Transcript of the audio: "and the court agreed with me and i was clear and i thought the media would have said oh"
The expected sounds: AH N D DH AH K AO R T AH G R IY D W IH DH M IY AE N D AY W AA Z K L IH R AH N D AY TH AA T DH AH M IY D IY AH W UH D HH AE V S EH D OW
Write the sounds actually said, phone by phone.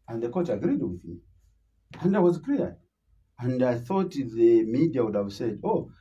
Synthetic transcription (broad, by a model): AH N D DH AH K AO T AH G R IY D W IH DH M IY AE N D AY W AA Z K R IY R AH N D AY TH AA T DH AH M IY D IY AH W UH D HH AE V S EH D OW